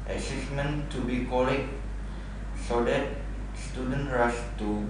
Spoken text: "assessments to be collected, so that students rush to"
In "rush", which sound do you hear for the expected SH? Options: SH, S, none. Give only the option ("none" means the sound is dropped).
S